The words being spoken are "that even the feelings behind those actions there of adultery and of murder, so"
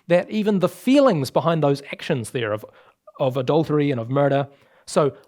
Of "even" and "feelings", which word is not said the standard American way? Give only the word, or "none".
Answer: none